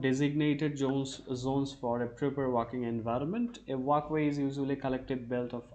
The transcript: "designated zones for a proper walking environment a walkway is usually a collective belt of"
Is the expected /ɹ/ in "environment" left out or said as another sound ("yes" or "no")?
no